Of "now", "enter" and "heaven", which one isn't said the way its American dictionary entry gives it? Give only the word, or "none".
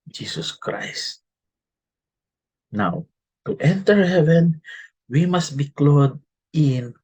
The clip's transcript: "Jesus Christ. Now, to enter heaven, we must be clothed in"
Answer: none